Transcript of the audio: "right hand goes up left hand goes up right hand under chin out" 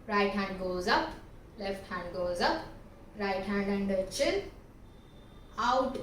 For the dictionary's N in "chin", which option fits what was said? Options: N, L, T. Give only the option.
L